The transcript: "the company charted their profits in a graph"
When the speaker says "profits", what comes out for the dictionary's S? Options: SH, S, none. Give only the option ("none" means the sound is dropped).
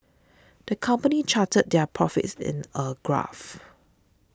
S